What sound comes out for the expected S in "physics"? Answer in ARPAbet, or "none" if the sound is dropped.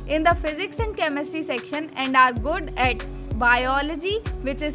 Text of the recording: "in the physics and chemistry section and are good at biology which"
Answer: S